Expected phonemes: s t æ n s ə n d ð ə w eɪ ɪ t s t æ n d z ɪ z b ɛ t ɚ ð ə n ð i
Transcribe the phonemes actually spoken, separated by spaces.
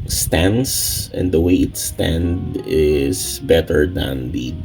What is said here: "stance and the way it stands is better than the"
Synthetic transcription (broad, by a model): s t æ n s ə n d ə w eɪ ɪ t s t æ n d ɪ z b ɛ t ɚ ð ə n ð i